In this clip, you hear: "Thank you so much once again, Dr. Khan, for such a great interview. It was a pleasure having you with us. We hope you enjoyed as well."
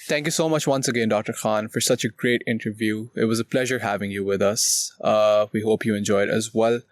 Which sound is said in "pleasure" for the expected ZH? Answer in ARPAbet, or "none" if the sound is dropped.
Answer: ZH